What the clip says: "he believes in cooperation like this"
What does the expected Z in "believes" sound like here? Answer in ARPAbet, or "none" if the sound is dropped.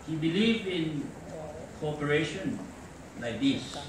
none